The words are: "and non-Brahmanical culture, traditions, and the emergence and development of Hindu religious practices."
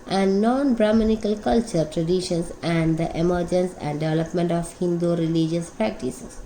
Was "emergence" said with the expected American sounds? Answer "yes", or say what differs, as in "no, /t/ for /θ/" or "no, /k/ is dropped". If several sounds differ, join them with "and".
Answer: yes